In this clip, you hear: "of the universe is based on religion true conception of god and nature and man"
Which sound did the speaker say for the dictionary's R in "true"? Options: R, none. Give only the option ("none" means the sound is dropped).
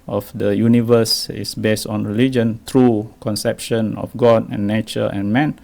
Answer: R